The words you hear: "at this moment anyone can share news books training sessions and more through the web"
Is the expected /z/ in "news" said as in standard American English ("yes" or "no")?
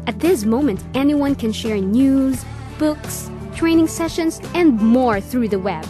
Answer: yes